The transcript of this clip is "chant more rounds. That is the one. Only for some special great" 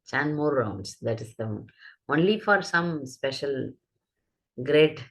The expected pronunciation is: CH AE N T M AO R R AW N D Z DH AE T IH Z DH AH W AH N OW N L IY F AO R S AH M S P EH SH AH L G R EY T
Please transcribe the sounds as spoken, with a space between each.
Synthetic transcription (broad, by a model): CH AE N M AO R R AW N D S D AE T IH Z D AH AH OW N L IY F AO R S AH M S P EH SH AH L G R EY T